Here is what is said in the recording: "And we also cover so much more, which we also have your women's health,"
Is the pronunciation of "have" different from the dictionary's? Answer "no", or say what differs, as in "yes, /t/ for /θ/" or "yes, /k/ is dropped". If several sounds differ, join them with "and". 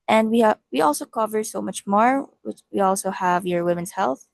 no